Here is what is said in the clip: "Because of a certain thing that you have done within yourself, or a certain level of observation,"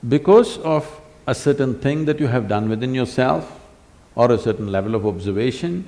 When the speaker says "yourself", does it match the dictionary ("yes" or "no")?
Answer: yes